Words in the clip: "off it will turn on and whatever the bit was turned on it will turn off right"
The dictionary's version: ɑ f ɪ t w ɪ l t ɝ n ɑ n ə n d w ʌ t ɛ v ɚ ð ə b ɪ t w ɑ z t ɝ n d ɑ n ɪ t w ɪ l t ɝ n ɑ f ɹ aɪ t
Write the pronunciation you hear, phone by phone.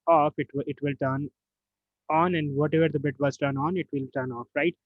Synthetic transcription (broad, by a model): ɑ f ɪ t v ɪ l t ɝ n ɑ n ə n d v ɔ t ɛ v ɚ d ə b ɪ t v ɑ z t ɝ n ɑ n ɪ t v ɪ l t ɝ n ɑ f ɹ aɪ t